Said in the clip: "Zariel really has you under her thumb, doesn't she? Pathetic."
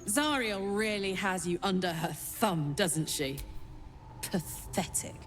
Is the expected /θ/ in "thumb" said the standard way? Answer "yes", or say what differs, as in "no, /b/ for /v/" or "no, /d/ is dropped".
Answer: yes